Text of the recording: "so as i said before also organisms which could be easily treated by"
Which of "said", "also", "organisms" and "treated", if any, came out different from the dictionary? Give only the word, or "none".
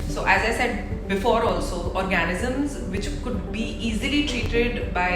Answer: none